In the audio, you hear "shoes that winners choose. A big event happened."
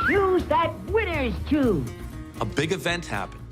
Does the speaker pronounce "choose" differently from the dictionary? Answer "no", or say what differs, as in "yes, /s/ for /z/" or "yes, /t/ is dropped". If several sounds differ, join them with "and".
yes, /z/ is dropped